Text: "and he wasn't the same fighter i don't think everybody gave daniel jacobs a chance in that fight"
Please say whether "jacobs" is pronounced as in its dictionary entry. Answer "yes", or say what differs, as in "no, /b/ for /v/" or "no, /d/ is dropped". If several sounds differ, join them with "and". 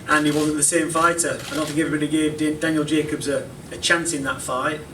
yes